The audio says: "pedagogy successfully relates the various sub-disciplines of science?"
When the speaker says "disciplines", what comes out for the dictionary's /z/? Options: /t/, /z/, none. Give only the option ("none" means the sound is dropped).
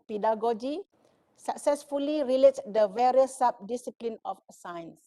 none